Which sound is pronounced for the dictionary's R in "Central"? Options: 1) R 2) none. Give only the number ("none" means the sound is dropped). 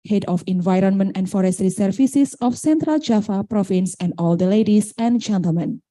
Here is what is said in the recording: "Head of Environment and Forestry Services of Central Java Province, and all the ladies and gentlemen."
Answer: 1